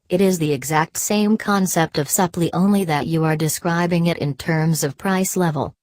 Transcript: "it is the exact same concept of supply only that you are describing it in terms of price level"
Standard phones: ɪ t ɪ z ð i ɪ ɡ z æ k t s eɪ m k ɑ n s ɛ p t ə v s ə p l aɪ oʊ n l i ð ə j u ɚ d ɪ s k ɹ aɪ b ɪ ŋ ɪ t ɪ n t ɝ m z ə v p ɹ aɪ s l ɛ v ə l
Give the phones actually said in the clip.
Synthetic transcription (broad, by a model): ɪ t ɪ z ð i ɪ ɡ z æ k t s eɪ m k ɑ n s ɛ p t ə v s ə p l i oʊ n l i ð ə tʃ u ɚ d ɪ s k ɹ aɪ b ɪ ŋ ɪ t ɪ n t ɝ m z ə v p ɹ aɪ s l ɛ v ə l